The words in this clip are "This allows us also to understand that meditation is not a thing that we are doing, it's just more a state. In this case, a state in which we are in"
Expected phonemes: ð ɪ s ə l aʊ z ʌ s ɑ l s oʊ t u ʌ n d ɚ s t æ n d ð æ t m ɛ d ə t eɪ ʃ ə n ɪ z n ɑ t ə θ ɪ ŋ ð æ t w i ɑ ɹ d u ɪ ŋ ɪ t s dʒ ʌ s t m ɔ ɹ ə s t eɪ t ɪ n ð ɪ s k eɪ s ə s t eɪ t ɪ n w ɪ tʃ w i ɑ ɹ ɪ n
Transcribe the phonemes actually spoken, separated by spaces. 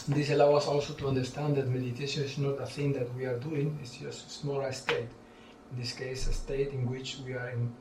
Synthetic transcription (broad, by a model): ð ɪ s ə l aʊ ʌ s ɑ l s oʊ t u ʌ n d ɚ s t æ n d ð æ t m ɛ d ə t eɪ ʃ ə n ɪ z n ɑ t ə θ ɪ ŋ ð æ t w i ɑ ɹ d u ɪ ŋ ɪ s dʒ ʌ s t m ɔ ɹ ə s t eɪ t ɪ n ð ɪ s k eɪ s ə s t eɪ t ɪ n w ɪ tʃ w i ɑ ɹ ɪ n